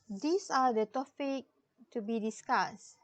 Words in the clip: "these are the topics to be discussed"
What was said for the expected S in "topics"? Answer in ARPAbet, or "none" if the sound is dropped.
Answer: none